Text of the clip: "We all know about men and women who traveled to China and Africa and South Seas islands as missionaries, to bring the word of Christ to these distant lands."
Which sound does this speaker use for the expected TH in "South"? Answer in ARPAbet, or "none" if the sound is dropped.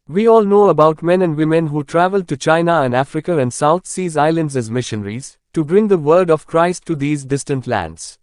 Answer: T